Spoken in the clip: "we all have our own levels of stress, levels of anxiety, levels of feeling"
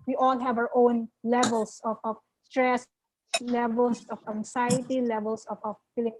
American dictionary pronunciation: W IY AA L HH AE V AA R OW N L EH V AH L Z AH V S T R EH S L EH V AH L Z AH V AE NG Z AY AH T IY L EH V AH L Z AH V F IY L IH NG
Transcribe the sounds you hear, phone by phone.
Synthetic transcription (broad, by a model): W IY AA L HH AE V AA R OW N L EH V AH L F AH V S T R EH S L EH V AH L S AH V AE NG S AY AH T IY L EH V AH L S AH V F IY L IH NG